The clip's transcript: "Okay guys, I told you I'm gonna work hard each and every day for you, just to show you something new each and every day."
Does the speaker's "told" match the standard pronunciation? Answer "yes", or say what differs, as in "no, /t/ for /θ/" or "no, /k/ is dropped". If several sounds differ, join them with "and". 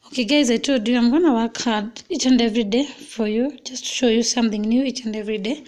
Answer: no, /l/ is dropped